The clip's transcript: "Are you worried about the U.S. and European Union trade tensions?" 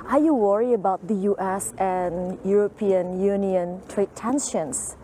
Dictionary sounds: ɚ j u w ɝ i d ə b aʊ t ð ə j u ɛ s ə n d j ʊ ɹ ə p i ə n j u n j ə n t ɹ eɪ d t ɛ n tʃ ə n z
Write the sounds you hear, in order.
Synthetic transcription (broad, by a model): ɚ j u w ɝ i ə b aʊ t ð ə j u ɛ s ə n j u ɹ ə p i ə n j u n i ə n t ɹ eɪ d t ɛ n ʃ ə n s